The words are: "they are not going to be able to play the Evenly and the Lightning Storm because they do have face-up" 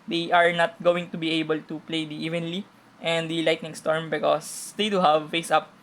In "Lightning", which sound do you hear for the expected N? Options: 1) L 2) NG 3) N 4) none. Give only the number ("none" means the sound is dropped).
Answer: 3